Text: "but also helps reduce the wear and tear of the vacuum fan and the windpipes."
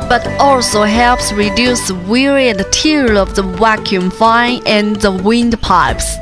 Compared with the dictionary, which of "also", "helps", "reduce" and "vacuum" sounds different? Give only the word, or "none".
vacuum